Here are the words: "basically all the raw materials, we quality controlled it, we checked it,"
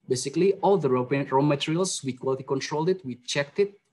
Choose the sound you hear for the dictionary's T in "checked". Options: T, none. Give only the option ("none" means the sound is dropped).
T